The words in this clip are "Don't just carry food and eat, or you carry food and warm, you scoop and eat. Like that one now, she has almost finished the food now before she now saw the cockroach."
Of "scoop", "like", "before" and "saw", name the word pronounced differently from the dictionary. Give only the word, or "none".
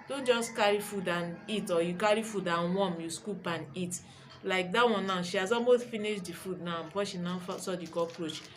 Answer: before